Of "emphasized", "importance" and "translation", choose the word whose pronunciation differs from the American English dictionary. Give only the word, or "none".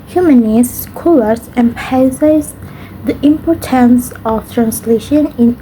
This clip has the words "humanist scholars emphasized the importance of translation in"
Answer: emphasized